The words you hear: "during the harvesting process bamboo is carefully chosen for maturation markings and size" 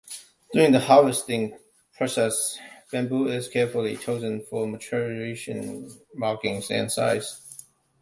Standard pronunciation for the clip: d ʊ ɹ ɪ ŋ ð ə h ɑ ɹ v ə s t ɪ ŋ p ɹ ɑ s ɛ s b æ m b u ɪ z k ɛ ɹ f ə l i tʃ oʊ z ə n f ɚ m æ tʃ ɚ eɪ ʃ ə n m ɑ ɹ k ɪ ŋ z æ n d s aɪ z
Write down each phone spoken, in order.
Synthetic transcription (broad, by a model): d ʊ ɹ ɪ ŋ ð ə h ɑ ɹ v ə s t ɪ ŋ p ɹ ɑ s ɛ s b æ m b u ɪ z k ɛ ɹ f ə l i tʃ oʊ z ə n f ɚ m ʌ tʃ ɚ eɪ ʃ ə n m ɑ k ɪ ŋ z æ n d s aɪ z